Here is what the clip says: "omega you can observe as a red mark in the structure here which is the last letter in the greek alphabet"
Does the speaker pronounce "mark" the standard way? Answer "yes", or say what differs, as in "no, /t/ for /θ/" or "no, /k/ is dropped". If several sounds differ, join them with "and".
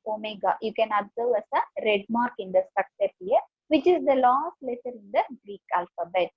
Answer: yes